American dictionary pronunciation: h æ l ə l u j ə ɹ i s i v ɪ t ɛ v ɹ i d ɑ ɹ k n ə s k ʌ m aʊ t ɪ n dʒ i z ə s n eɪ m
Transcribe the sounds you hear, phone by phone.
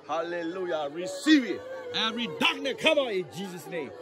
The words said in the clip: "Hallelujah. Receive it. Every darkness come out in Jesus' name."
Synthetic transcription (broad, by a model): h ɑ l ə l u j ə ɹ i s i v ɪ t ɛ ɹ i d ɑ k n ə k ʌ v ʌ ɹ ɪ n dʒ i z ə s n eɪ m